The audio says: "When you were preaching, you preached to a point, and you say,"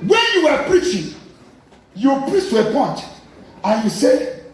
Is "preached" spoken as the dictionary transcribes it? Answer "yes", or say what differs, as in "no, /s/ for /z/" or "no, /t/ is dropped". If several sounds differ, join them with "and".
no, /s/ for /tʃ/